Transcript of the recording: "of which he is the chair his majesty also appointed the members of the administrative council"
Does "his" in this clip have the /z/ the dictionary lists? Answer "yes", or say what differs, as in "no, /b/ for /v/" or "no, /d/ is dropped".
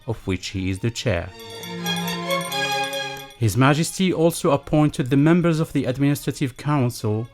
yes